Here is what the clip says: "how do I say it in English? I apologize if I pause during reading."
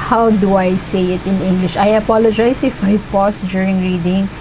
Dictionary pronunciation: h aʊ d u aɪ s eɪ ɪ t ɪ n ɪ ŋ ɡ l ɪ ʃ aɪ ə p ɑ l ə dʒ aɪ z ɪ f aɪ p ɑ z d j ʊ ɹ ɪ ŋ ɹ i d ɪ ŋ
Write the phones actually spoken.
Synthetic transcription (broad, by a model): h aʊ d u aɪ s eɪ ɪ t ɪ n ɪ ŋ ɡ l ɪ ʃ aɪ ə p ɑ l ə dʒ aɪ s ɪ f aɪ p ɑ s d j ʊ ɹ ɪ ŋ ɹ i d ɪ ŋ